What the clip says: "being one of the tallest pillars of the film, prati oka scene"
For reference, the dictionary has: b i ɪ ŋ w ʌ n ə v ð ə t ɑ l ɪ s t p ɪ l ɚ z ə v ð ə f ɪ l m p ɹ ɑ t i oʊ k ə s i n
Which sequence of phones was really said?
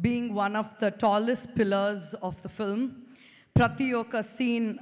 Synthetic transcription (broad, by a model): b i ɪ ŋ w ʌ n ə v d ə t ɑ l ɪ s t p ɪ l ɚ z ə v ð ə f ɪ l m p ɹ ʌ t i oʊ k ə s i n